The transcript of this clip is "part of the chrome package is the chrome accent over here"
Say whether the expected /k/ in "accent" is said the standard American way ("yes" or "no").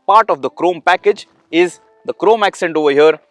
yes